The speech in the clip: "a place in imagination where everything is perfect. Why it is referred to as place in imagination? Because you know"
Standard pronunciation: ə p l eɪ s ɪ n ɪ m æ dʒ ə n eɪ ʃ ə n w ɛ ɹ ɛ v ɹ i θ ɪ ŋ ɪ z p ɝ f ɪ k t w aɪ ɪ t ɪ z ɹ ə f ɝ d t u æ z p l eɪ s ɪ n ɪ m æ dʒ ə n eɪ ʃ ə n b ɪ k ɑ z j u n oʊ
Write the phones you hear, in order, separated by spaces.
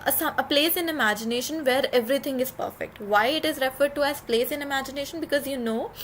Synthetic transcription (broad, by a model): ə p l eɪ s ɪ n ɪ m æ dʒ ə n eɪ ʃ ə n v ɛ ɹ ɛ v ɹ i t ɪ ŋ ɪ z p ɝ f ɪ k t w aɪ ɪ t ɪ z ɹ ə f ɝ d t u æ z p l eɪ s ɪ n ɪ m æ dʒ ə n eɪ ʃ ə n b ɪ k ɑ z j u n oʊ